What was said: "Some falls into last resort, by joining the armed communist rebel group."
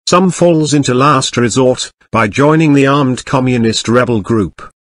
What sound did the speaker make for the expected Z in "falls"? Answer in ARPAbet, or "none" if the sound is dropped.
Z